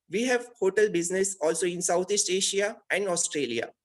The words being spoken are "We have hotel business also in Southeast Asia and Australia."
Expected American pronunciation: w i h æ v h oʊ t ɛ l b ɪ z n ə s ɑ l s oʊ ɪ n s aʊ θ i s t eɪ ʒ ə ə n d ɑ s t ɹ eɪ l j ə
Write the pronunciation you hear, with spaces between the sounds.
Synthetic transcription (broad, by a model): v i h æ v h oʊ t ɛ l b ɪ z n ə s ɑ l s oʊ ɪ n s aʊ t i s t eɪ ʃ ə ə n d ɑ s t ɹ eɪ l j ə